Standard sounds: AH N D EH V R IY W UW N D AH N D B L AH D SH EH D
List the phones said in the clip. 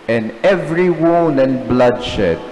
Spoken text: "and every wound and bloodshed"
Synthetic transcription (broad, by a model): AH N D EH V R IY W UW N AH N B L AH D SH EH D